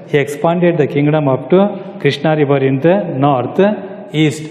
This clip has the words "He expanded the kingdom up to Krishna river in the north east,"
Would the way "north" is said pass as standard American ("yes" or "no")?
no